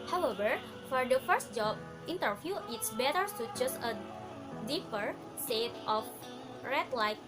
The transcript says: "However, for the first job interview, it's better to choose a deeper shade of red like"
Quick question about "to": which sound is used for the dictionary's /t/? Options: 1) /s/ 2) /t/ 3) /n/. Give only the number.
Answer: 1